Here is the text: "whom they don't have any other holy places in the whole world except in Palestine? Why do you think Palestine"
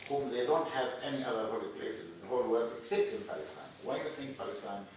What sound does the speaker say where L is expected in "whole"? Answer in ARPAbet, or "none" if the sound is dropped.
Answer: L